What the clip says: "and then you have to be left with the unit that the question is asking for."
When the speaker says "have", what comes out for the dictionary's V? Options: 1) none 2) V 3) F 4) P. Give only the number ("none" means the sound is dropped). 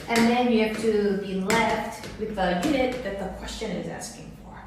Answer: 3